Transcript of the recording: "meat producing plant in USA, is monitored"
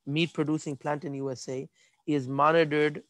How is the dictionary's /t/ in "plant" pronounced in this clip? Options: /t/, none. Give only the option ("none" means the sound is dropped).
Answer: /t/